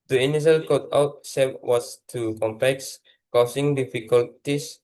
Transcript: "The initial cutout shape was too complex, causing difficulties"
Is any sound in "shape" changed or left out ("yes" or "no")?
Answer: yes